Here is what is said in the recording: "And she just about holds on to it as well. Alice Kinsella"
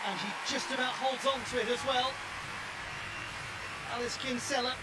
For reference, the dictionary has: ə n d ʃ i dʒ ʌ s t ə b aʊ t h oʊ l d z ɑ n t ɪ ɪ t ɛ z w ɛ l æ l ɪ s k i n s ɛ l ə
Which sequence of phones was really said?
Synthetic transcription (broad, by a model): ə n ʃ i dʒ ʌ s t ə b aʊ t h oʊ l d z n t ɪ ɪ t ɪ z w ɛ l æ l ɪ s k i n s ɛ l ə